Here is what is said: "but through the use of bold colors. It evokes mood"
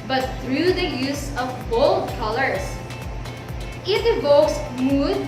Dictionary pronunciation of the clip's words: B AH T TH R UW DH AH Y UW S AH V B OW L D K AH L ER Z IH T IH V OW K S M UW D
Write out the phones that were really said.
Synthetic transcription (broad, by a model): B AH T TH R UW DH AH Y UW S AH V B OW L D K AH L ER S IH T IH V OW K S M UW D